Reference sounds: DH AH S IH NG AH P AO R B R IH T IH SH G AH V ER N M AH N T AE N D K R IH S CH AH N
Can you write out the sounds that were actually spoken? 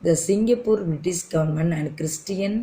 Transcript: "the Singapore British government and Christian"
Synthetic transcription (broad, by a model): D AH S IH NG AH P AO R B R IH T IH S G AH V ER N M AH N AE N D K R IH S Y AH N